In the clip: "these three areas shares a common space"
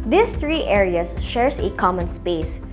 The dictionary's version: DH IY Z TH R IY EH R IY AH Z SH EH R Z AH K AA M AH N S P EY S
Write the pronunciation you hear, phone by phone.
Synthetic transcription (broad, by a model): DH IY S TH R IY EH R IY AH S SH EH R S AH K AA M AH N S P EY S